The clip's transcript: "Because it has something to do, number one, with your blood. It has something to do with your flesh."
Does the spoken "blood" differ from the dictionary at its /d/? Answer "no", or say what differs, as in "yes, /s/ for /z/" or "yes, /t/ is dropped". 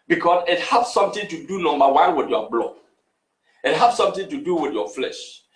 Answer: yes, /d/ is dropped